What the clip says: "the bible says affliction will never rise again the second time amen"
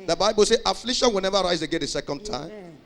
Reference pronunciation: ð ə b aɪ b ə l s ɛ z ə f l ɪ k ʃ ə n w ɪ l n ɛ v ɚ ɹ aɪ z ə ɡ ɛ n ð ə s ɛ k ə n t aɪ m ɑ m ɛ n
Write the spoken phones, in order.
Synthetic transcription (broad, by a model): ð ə b aɪ b ə l s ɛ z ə f l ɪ ʃ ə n w ɪ l n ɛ v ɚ ɹ aɪ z ə ɡ ɛ n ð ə s ɛ k ə n t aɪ ɑ m